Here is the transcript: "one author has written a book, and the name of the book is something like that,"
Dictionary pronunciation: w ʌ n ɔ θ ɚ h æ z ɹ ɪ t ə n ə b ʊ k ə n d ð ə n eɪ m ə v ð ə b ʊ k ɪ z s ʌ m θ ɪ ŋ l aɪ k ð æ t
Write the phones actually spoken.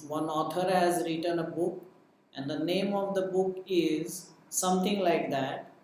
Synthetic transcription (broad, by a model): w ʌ n ɔ t ɚ h æ z ɹ ɪ t ə n ə b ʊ k ə n d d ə n eɪ m ə v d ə b ʊ k ɪ z s ʌ m t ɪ ŋ l aɪ k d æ t